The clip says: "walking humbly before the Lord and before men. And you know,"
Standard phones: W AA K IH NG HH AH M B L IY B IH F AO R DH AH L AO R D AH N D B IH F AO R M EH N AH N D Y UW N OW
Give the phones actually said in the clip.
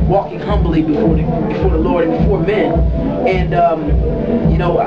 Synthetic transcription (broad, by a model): W AA K IH NG HH AH M B L IY B IH F AO R DH AH L AO R D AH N B IH F AO R M EH N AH N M Y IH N OW